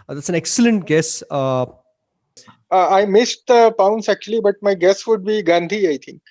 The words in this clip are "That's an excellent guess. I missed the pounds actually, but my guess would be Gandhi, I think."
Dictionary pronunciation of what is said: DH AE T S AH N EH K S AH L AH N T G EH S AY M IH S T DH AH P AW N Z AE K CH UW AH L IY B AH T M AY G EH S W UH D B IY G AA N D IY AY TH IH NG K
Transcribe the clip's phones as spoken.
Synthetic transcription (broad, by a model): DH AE T S AH N EH K S AH L AH N T G EH S AY M IH S T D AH P AW N S AE K CH UW AH L IY B AH T M AY G EH S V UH D B IY G AA N D IY AY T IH NG K